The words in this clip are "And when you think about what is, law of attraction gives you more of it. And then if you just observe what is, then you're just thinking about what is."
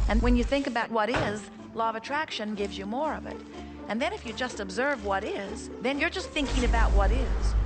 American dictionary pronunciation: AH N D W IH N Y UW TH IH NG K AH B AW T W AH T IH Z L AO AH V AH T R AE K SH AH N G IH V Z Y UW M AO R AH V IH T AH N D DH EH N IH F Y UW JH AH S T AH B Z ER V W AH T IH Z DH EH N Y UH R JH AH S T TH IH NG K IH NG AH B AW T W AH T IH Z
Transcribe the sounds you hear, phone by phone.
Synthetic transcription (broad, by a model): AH N W IH N Y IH TH IH NG K AH B AW T W AH T IH Z L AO AH V AH T R AE K SH AH N G IH V Z Y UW M AO R AH V IH T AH N DH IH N IH F Y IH JH AH S T AH B Z ER V W AH T IH Z DH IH N Y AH R JH AH S T TH IH NG K IH NG AH B AW T W AH T IH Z